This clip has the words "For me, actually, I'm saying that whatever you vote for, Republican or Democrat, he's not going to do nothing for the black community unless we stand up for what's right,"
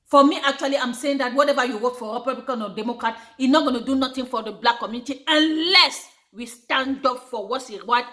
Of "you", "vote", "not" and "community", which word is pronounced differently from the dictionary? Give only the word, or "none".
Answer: vote